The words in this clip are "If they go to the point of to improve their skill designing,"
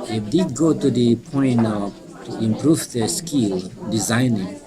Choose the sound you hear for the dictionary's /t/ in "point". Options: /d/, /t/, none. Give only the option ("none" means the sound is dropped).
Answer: none